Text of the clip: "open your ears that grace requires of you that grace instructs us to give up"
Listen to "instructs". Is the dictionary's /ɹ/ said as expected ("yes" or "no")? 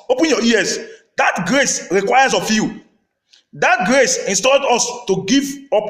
no